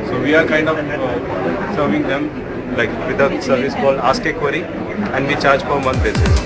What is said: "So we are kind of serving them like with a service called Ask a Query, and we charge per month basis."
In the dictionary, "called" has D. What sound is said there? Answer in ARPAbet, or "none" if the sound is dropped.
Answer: none